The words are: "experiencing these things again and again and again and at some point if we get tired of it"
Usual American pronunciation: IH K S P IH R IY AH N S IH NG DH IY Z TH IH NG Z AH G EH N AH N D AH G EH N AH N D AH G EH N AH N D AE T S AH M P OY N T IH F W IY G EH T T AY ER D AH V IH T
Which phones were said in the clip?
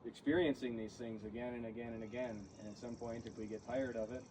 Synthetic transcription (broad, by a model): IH K S P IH R IY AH N S IH NG DH IY Z TH IH NG Z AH G EH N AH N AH G EH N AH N AH G EH N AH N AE T S AH M P OY N T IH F W IY G EH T T AY ER D AH V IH T